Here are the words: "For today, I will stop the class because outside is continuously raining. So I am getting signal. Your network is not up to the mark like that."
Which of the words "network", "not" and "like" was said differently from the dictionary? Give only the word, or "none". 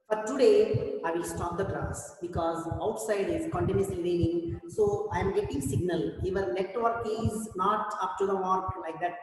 network